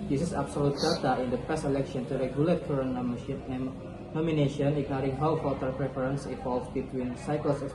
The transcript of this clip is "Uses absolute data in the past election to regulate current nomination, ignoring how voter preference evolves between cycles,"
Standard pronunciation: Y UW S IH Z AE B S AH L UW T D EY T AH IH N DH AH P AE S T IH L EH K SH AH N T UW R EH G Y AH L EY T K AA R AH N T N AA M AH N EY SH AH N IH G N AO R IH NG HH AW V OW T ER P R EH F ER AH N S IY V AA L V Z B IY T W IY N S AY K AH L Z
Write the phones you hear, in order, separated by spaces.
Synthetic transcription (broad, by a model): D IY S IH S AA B S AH L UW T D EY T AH IH N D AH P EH S IH L EH K SH AH N T UW R EH G Y AH L EY T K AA R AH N N AA M AH N EY SH AH N IH G N AO R IH NG HH AW F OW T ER P R EH F ER AH N S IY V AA L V B IY T W IY N S AY K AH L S